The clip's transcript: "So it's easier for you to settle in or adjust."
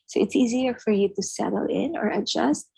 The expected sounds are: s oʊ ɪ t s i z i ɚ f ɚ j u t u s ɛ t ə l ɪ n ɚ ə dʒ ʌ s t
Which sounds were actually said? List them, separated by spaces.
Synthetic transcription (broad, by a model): s oʊ ɪ t s i z i ɚ f ɚ j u t u s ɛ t l ɪ n ɚ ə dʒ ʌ s t